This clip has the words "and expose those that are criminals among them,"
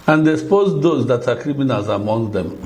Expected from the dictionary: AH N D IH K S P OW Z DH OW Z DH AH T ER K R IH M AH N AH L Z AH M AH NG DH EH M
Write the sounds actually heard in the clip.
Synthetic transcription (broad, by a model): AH N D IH S P OW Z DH OW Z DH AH T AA K R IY M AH N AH L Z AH M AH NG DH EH M